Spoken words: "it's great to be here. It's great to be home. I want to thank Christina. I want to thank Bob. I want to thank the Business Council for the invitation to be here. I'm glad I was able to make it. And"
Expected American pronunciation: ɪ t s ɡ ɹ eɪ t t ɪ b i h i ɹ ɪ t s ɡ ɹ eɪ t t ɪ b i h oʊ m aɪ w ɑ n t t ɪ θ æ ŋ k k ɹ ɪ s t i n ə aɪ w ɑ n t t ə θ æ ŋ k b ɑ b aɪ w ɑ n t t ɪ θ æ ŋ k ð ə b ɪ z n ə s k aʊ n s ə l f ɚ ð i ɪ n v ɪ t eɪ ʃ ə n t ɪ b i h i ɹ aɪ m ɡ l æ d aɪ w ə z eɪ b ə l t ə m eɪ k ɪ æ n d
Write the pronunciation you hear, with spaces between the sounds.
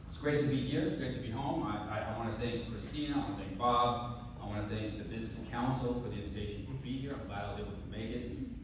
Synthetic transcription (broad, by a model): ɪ t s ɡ ɹ eɪ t t ɪ b i h i ɹ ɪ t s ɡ ɹ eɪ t t ɪ b i h oʊ m aɪ w ɑ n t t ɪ θ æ ŋ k k ɹ ɪ s t i n ə aɪ w ɑ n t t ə θ æ ŋ k b ɑ b aɪ w ɑ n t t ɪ θ æ ŋ k ð ə b ɪ z n ə s k aʊ n s l f ɚ ð i ɪ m v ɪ t eɪ ʃ n t ɪ b i h i ɹ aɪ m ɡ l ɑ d aɪ w ə z eɪ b l t ə m eɪ k ɪ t